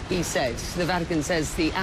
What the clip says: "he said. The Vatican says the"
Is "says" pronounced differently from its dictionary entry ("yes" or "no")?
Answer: no